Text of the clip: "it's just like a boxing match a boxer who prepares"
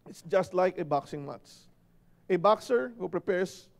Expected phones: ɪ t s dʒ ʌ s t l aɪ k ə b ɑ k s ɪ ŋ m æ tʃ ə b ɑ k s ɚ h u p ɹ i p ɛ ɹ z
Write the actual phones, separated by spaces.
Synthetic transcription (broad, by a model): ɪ t s dʒ ʌ s t l aɪ k ə b ɑ k s ɪ ŋ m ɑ s ə b ɑ k s ɚ h u p ɹ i p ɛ ɹ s